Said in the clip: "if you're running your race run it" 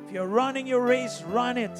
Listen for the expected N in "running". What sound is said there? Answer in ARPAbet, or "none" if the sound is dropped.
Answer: N